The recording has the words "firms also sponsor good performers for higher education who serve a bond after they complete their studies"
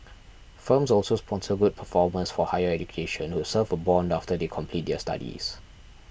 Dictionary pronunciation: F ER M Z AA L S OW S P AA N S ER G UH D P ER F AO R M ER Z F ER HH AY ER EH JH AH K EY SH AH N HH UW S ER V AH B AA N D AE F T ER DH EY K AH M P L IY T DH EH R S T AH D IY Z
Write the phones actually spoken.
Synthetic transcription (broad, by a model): F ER M S AA L S OW S P AA N S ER G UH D P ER F AO M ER S F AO HH AY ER EH JH AH K EY SH AH N HH UW S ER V AH B AA N D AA F T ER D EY K AH M P L IY T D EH S T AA D IY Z